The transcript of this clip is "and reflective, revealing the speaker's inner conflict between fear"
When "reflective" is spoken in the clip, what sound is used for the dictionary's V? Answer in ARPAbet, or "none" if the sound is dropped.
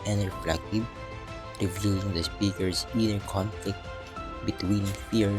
B